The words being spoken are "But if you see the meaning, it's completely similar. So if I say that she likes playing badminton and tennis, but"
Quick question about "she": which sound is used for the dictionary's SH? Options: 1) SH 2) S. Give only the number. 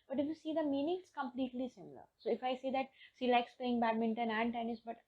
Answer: 2